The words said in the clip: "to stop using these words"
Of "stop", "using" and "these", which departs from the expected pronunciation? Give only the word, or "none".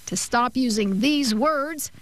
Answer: none